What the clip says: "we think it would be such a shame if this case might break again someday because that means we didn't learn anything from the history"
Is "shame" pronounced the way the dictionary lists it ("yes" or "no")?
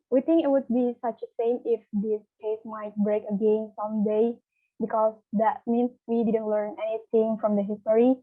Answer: no